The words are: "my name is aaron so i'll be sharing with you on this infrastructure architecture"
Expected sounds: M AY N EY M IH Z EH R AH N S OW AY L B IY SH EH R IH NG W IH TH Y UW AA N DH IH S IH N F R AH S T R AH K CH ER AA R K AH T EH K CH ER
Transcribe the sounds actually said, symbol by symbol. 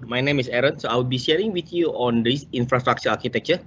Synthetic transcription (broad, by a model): M AY N EY M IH S EH R AH N S OW AY W B IY SH EH R IH NG W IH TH Y UW AA N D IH S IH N F R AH S T R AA K CH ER AA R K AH T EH K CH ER